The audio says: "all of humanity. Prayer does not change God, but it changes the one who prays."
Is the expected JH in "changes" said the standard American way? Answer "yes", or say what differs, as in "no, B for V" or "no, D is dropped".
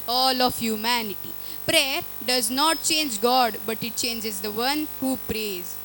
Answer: yes